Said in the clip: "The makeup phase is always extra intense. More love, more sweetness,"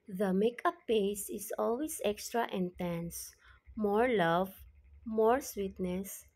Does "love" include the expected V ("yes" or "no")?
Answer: yes